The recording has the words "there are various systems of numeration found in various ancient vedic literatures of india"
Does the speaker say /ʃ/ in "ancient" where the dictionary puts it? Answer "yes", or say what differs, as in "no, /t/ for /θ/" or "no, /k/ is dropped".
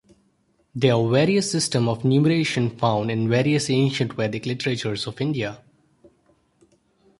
yes